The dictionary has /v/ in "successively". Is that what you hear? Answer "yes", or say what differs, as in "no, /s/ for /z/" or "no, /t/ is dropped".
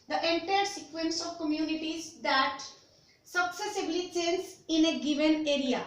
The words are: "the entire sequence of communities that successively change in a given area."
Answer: no, /b/ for /v/